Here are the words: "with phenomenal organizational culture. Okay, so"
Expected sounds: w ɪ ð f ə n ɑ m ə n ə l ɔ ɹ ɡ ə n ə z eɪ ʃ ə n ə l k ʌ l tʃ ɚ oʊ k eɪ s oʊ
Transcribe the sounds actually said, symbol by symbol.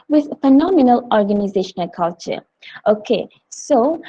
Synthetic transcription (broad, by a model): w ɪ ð f ə n ɑ m ə n ə l ɔ ɹ ɡ ə n ə z eɪ ʃ ə n ə l k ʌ l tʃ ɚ oʊ k eɪ s oʊ